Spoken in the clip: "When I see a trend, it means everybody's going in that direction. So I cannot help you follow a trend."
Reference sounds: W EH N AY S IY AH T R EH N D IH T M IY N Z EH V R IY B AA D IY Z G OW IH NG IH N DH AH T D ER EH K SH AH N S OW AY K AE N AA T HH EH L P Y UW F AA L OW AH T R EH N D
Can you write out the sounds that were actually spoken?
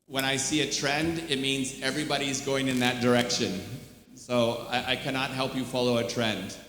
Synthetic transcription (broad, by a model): W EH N AY S IY AH T R EH N D IH T M IY N Z EH V R IY B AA D IY Z G OW IH NG IH N DH AH T D ER EH K SH AH N S OW AY K AE N AA T HH EH L P Y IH F AA L OW AH T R EH N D